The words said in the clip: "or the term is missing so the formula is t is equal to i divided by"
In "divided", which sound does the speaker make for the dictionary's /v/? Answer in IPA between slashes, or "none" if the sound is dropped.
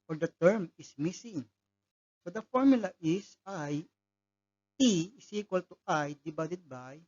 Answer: /b/